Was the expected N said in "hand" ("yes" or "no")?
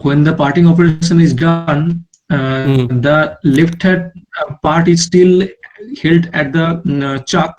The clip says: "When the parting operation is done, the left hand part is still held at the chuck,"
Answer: no